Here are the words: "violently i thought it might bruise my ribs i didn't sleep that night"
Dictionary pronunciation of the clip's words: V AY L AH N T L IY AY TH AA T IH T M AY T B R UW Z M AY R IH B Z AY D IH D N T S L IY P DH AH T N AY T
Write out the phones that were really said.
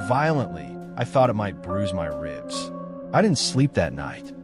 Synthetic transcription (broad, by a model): V AY L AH N T L IY AY TH AA T IH T M AY T B R UW Z M AY R IH B Z AY D IH D N T S L IY P DH AH T N AY T